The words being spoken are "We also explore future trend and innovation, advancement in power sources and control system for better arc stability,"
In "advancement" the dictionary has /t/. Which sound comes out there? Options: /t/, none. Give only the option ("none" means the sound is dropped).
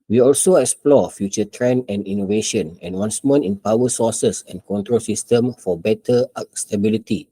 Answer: none